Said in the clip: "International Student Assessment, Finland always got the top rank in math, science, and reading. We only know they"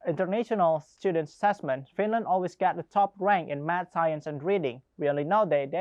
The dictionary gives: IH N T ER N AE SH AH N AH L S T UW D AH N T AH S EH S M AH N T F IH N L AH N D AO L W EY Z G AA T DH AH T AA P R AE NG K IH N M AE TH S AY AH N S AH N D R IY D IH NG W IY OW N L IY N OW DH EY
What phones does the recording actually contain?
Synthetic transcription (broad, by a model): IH N T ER N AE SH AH N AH L S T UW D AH N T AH S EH S M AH N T F IH N L AH N D AO L W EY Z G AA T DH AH T AA P R AE NG K IH N M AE T S AY AH N S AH N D R IY D IH NG W IY OW N L IY N OW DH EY